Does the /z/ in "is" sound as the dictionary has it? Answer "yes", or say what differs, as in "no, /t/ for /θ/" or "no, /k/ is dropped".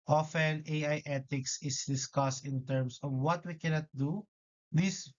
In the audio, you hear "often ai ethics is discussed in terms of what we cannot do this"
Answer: no, /s/ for /z/